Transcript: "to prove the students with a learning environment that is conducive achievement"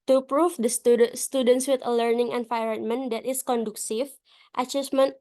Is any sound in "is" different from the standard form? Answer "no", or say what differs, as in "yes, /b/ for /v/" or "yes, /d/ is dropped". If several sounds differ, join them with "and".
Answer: yes, /s/ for /z/